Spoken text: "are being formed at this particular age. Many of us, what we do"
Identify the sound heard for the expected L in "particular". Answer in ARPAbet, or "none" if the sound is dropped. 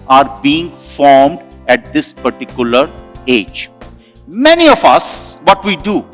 L